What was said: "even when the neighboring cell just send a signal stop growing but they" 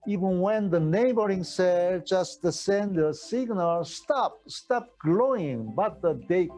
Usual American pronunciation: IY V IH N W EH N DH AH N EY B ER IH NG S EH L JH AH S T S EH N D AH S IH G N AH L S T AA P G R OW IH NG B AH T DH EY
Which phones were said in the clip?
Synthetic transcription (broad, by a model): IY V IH N W EH N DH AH N EY B ER IH NG S EH L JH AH S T S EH N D AH S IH G N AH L S T AA P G L OW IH NG B AH T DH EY